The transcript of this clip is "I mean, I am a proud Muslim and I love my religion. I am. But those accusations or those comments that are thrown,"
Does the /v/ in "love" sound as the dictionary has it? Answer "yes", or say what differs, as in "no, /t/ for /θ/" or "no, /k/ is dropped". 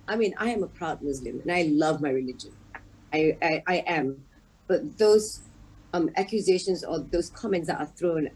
yes